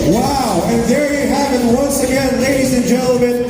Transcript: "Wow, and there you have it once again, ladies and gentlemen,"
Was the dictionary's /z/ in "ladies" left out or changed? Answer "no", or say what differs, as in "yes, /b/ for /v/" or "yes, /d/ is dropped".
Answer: no